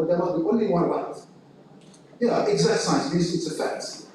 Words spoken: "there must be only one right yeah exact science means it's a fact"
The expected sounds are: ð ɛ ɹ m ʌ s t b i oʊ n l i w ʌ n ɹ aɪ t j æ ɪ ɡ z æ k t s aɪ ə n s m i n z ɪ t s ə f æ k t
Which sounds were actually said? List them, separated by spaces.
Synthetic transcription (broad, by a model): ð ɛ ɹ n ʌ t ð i oʊ n l i w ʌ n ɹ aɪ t j æ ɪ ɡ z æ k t s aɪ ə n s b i z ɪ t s ə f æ k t